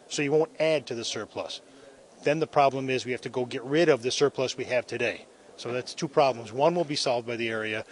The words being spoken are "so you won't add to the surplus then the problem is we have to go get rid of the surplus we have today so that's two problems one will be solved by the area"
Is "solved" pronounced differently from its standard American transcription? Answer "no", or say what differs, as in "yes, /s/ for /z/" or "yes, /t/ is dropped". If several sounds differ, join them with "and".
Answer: no